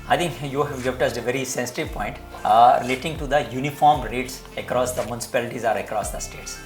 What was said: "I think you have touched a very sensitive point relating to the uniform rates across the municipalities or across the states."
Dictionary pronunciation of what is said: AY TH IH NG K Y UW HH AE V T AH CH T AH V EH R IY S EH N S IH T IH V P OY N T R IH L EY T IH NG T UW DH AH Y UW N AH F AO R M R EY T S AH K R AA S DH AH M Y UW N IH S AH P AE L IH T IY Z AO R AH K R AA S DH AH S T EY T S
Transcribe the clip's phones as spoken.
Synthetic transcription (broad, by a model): AY T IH NG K Y UW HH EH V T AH S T AH V EH R IY S EH N S IH T IH V P OY N T R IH L EY T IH NG T UW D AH Y UW N AH F AO R M R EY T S AH K R AA S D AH M Y UW N IH S AH P AE L IH T IY Z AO R AH K R AA S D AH S T EY T S